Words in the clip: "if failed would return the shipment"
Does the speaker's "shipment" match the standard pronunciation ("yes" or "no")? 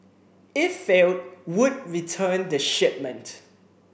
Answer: yes